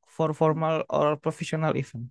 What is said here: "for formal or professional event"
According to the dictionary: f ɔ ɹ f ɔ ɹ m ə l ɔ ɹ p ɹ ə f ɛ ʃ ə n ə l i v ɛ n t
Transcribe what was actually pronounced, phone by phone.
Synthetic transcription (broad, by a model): f ɔ ɹ f ɔ ɹ m ə l ɔ ɹ p ɹ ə f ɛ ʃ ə n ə l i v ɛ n